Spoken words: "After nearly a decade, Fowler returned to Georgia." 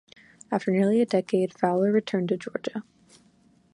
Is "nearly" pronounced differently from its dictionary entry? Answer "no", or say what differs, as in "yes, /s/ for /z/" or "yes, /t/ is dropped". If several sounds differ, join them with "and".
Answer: no